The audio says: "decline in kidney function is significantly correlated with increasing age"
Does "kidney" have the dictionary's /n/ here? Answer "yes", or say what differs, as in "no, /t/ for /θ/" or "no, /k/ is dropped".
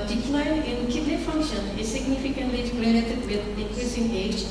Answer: no, /l/ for /n/